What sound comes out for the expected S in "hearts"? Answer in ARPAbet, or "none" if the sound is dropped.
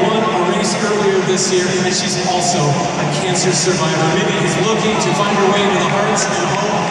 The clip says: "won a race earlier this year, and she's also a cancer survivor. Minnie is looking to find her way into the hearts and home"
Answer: none